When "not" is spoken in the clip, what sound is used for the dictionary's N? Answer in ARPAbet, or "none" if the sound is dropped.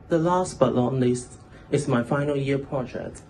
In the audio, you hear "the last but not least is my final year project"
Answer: L